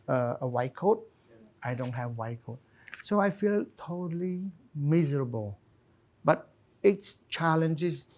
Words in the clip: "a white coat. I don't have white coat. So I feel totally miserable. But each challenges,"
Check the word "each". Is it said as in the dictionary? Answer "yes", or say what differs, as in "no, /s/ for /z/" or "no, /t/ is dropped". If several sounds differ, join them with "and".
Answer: no, /s/ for /tʃ/